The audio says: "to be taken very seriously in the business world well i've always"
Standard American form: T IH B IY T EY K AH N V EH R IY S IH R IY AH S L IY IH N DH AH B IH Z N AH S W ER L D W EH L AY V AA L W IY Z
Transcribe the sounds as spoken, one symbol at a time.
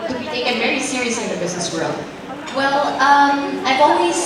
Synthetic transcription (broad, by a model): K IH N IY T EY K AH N V EH R IY S IH R IY AH S L IY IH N DH AH B IH Z N AH S W ER L D W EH L AY V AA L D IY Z